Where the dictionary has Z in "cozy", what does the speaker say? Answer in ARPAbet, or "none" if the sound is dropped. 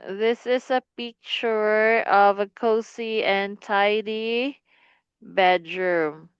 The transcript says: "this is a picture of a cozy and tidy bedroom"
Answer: S